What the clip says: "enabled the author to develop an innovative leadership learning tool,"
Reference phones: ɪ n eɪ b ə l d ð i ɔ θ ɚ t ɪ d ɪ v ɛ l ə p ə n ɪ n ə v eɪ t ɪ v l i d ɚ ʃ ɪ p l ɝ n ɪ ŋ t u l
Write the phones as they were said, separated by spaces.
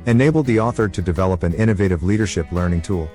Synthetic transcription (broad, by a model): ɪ n eɪ b l d ð i ɔ θ ɚ t ɪ d ɪ v ɛ l ə p ə n ɪ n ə v eɪ t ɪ v l i d ɚ ʃ ɪ p l ɝ n ɪ ŋ t u l